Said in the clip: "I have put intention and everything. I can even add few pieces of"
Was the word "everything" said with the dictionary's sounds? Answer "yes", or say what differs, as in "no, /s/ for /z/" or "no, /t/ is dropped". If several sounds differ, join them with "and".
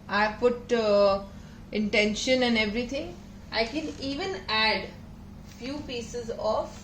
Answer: no, /t/ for /θ/